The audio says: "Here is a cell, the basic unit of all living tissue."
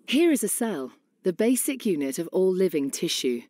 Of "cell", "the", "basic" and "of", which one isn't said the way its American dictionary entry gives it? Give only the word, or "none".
none